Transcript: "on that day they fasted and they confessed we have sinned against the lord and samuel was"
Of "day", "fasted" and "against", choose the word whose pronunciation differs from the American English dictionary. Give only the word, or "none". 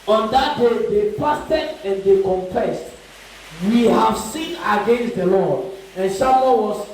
fasted